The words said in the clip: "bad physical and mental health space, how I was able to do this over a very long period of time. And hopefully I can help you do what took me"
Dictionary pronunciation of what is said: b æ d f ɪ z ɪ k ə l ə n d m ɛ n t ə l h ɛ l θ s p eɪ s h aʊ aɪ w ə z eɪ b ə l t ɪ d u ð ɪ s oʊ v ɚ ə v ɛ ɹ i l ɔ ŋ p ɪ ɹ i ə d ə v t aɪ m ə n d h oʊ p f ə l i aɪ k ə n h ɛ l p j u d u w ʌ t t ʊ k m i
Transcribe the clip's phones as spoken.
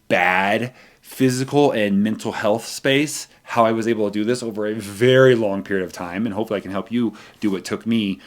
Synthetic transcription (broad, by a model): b æ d f ɪ z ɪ k l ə n m ɛ n t l h ɛ l θ s p eɪ s h aʊ aɪ w ə z eɪ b l t ɪ d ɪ ð ɪ s oʊ v ɚ ə v ɛ ɹ i l ɔ ŋ p ɪ ɹ i ə d ə v t aɪ m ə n h oʊ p f l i aɪ k ə n h ɛ l p j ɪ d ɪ w ʌ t t ʊ k m i